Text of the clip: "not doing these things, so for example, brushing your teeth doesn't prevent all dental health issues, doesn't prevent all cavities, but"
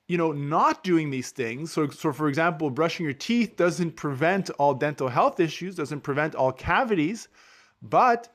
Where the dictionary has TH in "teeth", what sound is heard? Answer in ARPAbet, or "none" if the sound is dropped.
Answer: TH